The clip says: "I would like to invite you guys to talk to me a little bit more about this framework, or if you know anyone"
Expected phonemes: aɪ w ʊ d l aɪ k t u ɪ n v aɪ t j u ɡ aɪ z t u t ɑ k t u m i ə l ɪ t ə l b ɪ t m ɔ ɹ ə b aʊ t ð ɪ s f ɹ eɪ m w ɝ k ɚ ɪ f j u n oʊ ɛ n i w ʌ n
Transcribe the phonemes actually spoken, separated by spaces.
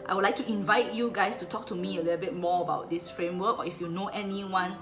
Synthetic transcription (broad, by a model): aɪ w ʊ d l aɪ k t u ɪ n v aɪ t j u ɡ aɪ s t u t ɑ k t u m i ə l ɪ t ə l b ɪ t m ɔ ə b aʊ t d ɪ s f ɹ eɪ m w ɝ k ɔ ɪ f j u n oʊ ɛ n i w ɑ n